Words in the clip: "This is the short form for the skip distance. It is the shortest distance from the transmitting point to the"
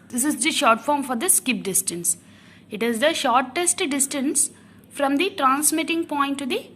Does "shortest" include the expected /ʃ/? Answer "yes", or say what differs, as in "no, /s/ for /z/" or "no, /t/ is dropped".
yes